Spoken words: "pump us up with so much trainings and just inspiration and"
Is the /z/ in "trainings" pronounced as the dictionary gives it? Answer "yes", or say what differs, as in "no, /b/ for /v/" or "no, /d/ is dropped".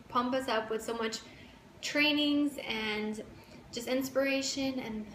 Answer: yes